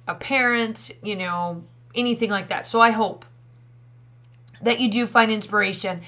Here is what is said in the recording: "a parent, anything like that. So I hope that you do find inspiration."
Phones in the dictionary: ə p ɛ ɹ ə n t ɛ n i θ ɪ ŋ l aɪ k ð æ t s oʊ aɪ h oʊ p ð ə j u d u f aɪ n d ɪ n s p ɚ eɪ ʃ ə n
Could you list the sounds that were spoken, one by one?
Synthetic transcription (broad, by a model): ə p ɛ ɹ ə n t ɛ n i θ ɪ ŋ l aɪ k ð æ t s oʊ aɪ h oʊ p ð ə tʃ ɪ d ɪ f aɪ n d ɪ n s p ɚ eɪ ʃ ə n